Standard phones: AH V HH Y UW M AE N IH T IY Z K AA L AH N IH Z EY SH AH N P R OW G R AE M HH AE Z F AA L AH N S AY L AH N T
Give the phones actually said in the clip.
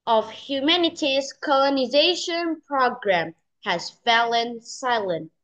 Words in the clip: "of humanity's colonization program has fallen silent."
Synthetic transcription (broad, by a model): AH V HH Y UW M AE N IH T IY Z K AA L AH N IH Z EY SH AH N P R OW G R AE M HH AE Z F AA L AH N S AY L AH N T